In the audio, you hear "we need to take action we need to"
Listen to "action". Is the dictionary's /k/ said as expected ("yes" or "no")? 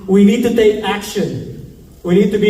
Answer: yes